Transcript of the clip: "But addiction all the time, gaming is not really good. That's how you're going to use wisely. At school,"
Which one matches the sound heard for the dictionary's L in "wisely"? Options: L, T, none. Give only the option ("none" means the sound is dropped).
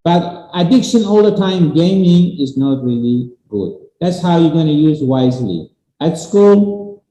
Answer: L